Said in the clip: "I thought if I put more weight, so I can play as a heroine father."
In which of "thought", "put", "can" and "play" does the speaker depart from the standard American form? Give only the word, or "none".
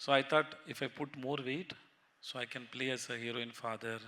thought